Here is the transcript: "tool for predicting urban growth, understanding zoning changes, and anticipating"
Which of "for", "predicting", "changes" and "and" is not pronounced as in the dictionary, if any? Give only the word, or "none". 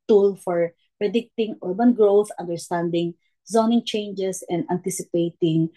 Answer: changes